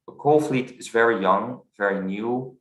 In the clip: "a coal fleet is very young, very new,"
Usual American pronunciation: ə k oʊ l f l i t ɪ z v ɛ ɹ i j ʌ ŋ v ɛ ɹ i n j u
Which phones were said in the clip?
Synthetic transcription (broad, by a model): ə k oʊ l f l i t ɪ z v ɛ ɹ i j ʌ ŋ v ɛ ɹ i n j u